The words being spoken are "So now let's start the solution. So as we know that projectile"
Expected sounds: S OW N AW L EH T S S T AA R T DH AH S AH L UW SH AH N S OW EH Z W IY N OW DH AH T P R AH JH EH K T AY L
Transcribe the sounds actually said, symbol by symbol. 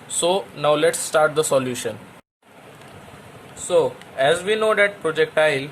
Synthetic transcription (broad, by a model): S OW N AW L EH T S S T AA R T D AH S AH L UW SH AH N S OW EH Z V IY N OW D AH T P R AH JH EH K T AY L